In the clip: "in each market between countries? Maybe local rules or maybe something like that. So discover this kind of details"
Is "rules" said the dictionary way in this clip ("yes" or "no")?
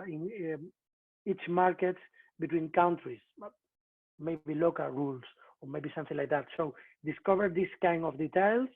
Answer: no